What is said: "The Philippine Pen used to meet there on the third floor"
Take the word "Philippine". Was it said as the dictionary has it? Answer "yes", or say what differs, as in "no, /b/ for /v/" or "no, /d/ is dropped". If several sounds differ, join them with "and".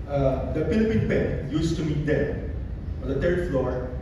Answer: no, /p/ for /f/